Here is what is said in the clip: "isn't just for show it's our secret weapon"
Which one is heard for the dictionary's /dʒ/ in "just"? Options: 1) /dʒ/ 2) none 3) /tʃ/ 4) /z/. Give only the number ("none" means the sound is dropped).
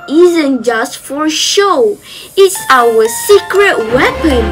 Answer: 1